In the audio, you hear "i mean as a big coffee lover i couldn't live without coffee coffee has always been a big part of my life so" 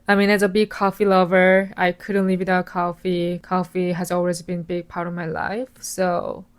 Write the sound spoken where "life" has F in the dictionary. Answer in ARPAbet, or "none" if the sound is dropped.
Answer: F